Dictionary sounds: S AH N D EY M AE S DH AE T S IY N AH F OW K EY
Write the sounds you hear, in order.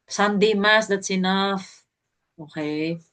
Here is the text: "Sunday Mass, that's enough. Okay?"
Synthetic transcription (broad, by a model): S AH N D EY M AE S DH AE T S IY N AH F OW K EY